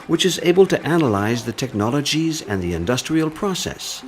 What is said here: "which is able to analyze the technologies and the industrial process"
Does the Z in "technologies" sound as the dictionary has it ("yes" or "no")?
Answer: yes